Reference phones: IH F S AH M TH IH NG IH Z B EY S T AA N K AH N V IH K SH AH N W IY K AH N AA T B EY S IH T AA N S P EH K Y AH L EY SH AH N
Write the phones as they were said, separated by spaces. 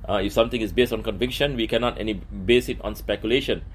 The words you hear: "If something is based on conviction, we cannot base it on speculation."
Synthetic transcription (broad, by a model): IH F S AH M T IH NG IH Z B EY S T AA N K AH N V IH K SH AH N W IY K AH N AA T B EY S IH T AA N S P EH K Y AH L EY SH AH N